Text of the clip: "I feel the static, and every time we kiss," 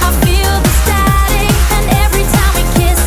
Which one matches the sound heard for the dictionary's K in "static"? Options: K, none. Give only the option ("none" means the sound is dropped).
none